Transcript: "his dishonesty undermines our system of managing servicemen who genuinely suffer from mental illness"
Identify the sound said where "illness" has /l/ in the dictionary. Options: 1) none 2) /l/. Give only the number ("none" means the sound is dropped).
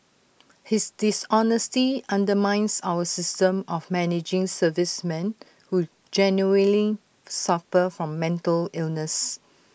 2